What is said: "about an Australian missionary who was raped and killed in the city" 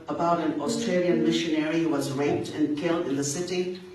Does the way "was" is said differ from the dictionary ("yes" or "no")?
no